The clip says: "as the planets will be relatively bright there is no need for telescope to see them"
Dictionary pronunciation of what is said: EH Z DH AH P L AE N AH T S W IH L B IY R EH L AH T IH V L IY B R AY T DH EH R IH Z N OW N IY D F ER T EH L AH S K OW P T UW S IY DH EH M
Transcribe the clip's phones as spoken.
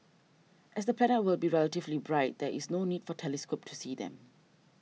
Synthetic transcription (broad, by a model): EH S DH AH P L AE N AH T W IH L B IY R EH L AH T IH V L IY B R AY T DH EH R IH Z N OW N IY D F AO T EH L AH S K OW P T UW S IY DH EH M